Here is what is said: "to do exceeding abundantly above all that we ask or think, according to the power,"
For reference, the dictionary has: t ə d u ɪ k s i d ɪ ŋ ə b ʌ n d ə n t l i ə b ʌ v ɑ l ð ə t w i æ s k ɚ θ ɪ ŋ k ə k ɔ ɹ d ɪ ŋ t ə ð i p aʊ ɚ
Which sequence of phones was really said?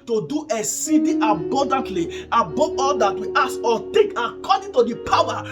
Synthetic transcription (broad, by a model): t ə d u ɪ s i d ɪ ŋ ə b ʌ n d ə n t l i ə b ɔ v ɑ l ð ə t w i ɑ s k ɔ t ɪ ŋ k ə k ɔ d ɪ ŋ t ə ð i p aʊ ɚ